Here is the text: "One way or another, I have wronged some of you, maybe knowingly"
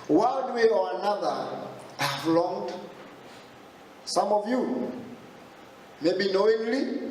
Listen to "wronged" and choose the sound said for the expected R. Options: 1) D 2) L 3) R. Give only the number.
2